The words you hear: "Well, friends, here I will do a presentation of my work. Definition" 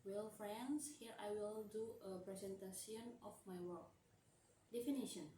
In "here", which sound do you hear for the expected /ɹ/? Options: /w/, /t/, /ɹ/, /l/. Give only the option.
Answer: /ɹ/